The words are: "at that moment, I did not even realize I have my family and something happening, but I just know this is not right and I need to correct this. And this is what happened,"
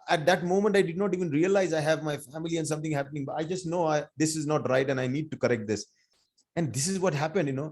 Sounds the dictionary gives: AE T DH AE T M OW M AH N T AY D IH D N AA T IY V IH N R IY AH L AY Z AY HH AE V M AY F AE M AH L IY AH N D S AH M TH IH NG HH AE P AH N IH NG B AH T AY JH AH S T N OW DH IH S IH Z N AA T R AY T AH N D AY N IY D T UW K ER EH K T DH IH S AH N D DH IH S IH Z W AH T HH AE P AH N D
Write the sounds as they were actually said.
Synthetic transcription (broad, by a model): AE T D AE T M OW M AH N T AY D IH D N AA T IY V IH N R IY AH L AY Z AY HH AE V M AY F AE M AH L IY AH N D S AH M T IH NG HH AE P AH N IH NG B AH T AY JH AH S T N OW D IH S IH Z N AA T R AY T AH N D AY N IY D T UW K ER EH K T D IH S AH N D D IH S IH Z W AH T HH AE P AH N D